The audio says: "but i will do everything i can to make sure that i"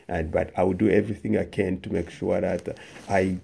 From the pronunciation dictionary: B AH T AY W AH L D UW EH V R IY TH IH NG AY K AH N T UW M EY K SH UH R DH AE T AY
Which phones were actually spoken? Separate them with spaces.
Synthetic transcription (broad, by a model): B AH T AY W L D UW EH V R IY TH IH NG AY K AH N T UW M EY K SH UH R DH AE T AY